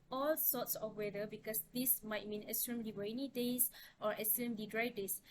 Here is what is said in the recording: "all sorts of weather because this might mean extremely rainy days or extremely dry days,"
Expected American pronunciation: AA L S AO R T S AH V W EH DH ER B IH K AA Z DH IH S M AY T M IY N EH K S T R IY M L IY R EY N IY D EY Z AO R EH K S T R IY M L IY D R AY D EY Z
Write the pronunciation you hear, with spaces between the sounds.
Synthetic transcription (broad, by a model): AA L S AO T S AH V W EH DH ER B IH K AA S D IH S M AY T M IY N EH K S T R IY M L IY W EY N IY D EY S AO R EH S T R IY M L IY D R AY D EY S